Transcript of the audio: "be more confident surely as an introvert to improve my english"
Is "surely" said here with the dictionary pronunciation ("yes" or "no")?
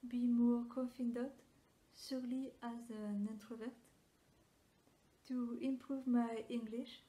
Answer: no